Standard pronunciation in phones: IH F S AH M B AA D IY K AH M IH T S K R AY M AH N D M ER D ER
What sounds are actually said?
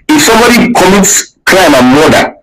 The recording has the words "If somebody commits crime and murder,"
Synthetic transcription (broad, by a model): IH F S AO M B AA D IY K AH M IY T S K L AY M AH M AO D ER